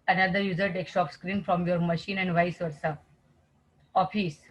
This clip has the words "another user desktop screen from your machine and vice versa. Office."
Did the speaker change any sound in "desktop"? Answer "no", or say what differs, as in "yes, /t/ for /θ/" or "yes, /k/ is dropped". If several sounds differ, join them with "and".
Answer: yes, /s/ is dropped